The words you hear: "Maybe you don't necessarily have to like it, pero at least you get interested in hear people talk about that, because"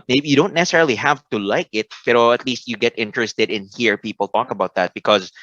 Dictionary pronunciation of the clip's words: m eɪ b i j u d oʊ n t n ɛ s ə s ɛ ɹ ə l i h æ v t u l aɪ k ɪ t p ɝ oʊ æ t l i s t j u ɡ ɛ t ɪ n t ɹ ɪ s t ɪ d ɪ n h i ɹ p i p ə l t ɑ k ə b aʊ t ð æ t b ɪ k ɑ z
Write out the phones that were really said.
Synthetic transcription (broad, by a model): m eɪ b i j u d oʊ n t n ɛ s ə s ɛ ɹ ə l i h æ v t u l aɪ k ɪ t b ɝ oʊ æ t l i s t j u ɡ ɛ t ɪ n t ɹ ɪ s t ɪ d ɪ n h i ɹ p i p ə l t ɑ k ə b aʊ t ð æ t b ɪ k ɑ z